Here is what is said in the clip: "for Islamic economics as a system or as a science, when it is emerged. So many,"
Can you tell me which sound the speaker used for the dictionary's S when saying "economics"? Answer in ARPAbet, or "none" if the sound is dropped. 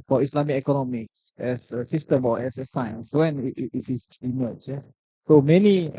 S